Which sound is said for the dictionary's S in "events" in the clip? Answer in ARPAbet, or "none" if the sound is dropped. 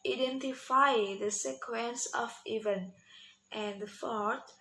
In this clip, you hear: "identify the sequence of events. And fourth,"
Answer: none